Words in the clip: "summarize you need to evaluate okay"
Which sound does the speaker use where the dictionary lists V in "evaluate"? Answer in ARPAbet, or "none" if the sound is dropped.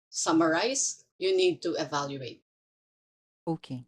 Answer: V